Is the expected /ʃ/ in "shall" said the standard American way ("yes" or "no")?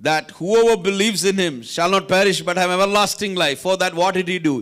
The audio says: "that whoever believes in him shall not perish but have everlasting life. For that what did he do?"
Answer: yes